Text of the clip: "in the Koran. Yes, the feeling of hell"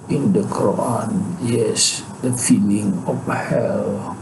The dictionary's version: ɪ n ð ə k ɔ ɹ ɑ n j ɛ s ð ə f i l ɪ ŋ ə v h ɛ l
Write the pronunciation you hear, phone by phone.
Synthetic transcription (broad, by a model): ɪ n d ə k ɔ ɑ n j ɛ s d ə f i l ɪ ŋ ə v h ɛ l